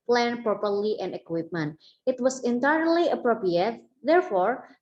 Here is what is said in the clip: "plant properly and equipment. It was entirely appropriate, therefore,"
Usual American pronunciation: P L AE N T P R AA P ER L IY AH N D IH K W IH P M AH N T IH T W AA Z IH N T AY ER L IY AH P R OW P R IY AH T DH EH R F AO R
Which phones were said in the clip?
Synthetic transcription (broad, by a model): P L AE N P R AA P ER L IY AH N IH K W IH P M AH N T IH T W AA S IH N T AY ER L IY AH P R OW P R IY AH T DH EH R F AO R